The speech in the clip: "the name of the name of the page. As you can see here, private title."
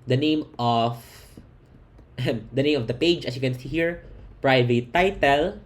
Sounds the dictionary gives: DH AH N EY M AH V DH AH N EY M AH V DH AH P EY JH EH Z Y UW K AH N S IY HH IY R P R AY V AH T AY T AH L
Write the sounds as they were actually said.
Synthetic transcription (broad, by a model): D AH N EY M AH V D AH N EY M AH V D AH P EY JH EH S Y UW K AH N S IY HH IY R P R AY V AH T AY T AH L